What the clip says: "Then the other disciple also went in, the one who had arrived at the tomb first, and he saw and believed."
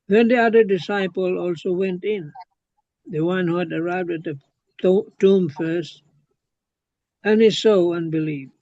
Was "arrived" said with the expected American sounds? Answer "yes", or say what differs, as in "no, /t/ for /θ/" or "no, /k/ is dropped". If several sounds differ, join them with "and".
yes